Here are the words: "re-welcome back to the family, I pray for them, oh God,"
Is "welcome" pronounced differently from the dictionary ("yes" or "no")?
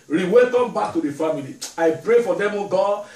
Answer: yes